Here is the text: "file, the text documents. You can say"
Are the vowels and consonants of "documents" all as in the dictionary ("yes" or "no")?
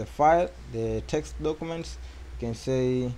yes